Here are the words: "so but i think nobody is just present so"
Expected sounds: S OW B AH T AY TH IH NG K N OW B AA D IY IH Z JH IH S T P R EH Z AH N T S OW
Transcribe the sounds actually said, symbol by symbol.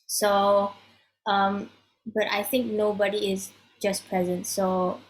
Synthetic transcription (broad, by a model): S OW B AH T AY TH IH NG K N OW B AA D IY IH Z JH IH S P R EH Z AH N T S OW